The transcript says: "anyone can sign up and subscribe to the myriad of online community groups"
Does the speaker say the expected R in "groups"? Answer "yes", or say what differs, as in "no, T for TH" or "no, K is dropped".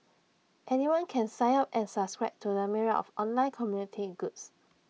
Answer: no, R is dropped